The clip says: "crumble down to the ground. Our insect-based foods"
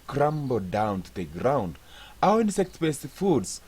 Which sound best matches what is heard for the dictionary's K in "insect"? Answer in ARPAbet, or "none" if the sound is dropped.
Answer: K